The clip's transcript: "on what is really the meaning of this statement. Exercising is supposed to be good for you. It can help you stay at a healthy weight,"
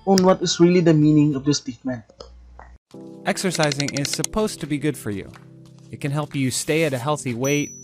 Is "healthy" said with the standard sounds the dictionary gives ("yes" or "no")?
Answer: yes